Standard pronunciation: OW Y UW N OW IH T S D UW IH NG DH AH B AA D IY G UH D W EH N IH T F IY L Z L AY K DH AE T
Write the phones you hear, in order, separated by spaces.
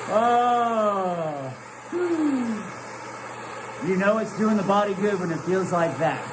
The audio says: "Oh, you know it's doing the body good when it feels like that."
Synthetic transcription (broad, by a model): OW Y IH N OW IH T S D UW IH NG DH AH B AA D IY G UH D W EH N IH T F IY L Z L AY K DH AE T